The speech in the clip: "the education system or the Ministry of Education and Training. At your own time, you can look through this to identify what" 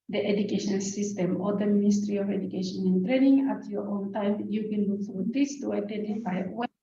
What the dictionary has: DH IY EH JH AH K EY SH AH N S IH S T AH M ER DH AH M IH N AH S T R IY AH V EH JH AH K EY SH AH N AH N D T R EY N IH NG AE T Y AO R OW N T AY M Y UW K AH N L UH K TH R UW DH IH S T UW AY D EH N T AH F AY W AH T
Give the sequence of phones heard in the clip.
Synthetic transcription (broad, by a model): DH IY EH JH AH K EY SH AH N S IH S T AH M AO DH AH M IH N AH S T R IY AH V EH JH AH K EY SH AH N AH N T R EY N IH NG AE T Y AO R OW N T AY M Y UW K AH N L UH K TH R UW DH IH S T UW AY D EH N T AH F AY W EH